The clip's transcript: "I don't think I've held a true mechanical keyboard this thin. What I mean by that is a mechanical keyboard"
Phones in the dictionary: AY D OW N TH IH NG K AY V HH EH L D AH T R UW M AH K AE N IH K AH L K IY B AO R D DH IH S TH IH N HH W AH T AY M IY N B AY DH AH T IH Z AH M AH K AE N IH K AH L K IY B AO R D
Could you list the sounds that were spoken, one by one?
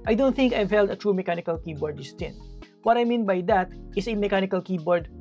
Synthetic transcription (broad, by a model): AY D OW N TH IH NG K AY V HH EH L D AH T R UW M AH K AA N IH K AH L K IY B AO R D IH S T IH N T W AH T AY M IY N B AY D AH T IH S AH M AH K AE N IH K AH L K IY B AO R D